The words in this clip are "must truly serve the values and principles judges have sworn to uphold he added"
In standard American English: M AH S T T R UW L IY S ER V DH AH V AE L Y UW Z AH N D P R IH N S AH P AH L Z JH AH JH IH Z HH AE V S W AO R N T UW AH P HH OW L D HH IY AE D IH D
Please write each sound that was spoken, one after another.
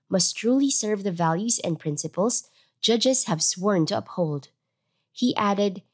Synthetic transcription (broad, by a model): M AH S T T R UW L IY S ER V DH AH V AE L Y UW Z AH N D P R IH N S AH P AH L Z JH AH JH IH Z HH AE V S W AO R N T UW AH P HH OW L D HH IY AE D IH D